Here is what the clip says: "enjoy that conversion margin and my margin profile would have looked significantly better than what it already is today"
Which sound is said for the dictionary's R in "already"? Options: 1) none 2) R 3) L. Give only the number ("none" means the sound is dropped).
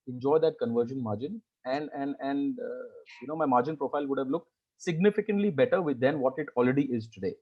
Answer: 2